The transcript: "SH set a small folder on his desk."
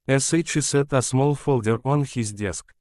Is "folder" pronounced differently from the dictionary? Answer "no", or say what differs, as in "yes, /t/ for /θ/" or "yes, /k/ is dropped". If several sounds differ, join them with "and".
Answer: no